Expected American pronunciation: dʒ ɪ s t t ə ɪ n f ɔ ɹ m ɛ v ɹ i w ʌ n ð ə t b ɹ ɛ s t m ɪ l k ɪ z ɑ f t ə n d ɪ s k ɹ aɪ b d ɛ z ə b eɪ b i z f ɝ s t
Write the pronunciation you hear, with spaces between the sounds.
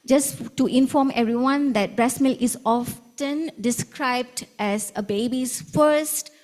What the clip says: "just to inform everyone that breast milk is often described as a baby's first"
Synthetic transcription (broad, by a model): dʒ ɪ s t t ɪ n f ɔ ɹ m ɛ v ɹ i w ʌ n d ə t b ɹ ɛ s m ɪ l ɪ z ɑ f t ə n d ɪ s k ɹ aɪ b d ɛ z ə b eɪ b i s f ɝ s t